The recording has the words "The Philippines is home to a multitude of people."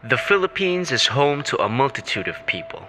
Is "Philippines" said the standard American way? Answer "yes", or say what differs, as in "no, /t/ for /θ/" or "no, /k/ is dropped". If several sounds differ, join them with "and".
yes